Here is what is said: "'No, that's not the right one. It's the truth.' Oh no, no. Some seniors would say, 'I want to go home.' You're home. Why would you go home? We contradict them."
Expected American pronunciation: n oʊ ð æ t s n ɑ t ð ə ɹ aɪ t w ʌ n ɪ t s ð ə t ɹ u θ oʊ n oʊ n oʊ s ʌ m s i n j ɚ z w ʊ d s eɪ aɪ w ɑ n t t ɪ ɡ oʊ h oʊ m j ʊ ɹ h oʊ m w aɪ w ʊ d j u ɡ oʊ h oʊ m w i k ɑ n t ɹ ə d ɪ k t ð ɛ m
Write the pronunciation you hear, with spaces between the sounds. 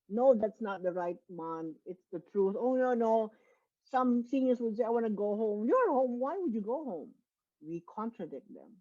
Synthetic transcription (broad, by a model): n oʊ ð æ t s n ɑ t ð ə ɹ aɪ t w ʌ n ɪ t s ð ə t ɹ u θ oʊ n oʊ n oʊ s ʌ m s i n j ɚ s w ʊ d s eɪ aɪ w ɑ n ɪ ɡ oʊ h oʊ m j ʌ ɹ h oʊ m w aɪ w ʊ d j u ɡ oʊ h oʊ m w i k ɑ n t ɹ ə d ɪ k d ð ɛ m